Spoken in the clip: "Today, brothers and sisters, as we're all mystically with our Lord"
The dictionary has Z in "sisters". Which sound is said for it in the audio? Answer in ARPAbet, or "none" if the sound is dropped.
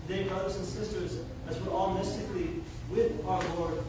Z